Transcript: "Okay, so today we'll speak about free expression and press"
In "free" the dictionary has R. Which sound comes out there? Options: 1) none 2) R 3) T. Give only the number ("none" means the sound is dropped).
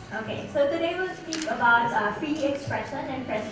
1